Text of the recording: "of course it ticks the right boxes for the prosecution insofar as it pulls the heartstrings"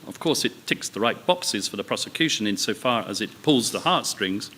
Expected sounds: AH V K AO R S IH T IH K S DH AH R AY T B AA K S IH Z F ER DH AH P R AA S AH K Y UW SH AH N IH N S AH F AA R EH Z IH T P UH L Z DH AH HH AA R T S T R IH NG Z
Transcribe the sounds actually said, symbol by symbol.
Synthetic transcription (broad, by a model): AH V K AO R S IH T IH K S DH AH R AY T B AA K S IH Z F ER DH AH P R AA S AH K Y UW SH AH N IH N S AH F AA R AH Z IH T P UH L Z DH AH HH AA R T S T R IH NG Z